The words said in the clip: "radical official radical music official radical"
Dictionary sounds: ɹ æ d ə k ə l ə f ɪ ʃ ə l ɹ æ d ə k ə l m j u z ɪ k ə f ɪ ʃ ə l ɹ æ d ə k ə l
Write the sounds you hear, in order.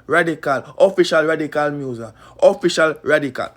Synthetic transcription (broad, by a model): ɹ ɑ d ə k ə l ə f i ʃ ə l ɹ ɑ d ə k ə l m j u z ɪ ə f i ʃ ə l ɹ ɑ d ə k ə l